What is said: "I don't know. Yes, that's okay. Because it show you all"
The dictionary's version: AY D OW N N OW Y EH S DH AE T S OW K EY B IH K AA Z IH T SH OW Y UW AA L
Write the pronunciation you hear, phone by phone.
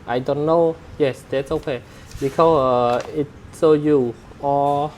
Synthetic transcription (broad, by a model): AY D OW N N OW Y EH S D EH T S OW K EY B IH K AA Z IH T S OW Y UW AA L